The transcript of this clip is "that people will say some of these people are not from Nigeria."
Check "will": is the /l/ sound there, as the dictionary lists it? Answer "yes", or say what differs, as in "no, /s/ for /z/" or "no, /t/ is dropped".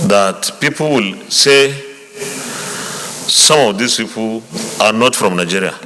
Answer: yes